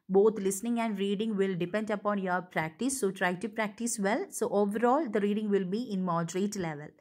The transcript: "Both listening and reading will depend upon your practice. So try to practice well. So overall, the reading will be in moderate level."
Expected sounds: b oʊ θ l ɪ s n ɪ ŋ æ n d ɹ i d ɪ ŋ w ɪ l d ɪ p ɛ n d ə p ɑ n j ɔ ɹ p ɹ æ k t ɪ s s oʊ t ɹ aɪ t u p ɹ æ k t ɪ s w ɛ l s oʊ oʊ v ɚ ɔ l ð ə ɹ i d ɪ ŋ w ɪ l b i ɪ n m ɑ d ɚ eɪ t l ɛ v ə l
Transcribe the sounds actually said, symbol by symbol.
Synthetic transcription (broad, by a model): b oʊ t l ɪ s n ɪ ŋ æ n d ɹ i d ɪ ŋ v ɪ l d ɪ p ɛ n d ə p ɑ n j ɔ ɹ p ɹ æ k t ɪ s s oʊ t ɹ aɪ t u p ɹ æ k t ɪ s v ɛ l s oʊ oʊ v ɚ ɔ l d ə ɹ i d ɪ ŋ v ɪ l b i ɪ n m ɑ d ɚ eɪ t l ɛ v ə l